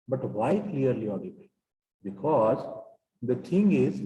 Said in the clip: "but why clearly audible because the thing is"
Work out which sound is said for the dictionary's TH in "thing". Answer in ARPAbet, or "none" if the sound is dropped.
T